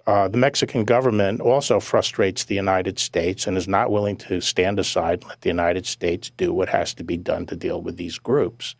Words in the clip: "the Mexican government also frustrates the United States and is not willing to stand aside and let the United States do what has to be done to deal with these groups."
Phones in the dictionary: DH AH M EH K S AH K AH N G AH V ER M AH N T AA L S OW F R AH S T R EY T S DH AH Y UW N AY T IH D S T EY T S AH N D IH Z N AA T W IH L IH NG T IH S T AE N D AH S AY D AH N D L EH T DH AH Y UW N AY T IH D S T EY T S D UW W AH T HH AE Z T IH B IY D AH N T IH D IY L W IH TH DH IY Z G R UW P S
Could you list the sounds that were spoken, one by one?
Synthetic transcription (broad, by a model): DH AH M EH K S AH K N G AH V ER M AH N T AA L S OW F R AH S T R EY T S DH AH Y UW N AY T IH D S T EY T S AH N IH Z N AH T W IH L IH NG T IH S T AE N D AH S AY AH D L EH T DH AH Y UW N AY T IH D S T EY T S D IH W AH T HH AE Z T IH B IY D AH N T IH D IY L W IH DH IY Z G R UW P S